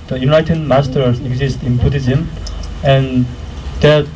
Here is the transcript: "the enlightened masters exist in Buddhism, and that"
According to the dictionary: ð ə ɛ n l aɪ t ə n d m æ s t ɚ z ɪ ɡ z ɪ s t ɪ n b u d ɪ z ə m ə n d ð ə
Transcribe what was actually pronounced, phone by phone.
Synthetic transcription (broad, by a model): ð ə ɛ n aɪ t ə d m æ s t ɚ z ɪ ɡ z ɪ s t ɪ n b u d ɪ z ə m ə n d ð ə